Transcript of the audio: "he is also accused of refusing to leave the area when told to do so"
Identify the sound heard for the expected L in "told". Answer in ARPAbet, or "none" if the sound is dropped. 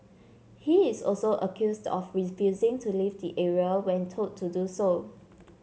none